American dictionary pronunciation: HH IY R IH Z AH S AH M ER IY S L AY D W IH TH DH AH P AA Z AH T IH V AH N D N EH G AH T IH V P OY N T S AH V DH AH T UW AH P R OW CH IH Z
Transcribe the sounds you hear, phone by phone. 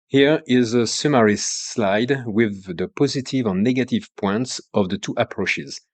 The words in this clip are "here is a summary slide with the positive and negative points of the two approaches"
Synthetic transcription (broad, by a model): HH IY R IH Z AH S AH M ER IY S L AY D W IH DH AH P AA Z AH T IH V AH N N EH G AH T IH V P OY N T S AH V DH AH T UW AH P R OW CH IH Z